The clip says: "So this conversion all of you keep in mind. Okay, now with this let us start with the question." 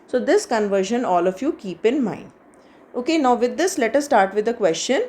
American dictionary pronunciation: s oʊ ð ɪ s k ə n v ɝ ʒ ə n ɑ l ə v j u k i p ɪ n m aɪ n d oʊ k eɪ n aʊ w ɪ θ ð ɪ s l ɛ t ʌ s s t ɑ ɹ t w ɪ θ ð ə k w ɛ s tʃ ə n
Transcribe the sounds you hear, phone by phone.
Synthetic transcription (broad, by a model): s oʊ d ɪ s k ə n v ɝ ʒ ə n ɑ l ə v j u k i p ɪ n m aɪ n oʊ k eɪ n aʊ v ɪ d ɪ s l ɛ t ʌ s s t ɑ ɹ t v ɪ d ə k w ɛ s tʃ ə n